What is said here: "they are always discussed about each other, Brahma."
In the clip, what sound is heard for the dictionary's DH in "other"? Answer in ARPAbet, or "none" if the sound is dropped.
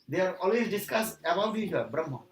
none